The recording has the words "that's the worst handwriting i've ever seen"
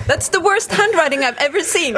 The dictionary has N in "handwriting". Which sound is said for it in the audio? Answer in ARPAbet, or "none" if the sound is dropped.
N